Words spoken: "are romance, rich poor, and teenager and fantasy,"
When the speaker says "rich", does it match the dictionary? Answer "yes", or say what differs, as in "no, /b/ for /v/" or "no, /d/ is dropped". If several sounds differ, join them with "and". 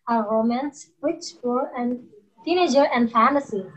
no, /w/ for /ɹ/